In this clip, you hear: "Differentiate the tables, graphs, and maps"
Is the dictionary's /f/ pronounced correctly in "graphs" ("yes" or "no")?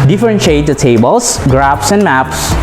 no